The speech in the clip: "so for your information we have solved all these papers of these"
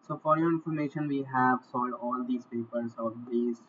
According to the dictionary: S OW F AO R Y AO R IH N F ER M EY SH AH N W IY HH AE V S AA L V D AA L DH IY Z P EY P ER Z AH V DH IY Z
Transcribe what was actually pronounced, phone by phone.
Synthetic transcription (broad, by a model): S OW F AO R Y AO R IH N F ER M EY SH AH N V IY HH AE V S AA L D AA L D IY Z P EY P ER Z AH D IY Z